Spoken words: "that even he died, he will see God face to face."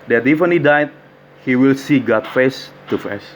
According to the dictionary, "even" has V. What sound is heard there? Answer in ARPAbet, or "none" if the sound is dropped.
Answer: F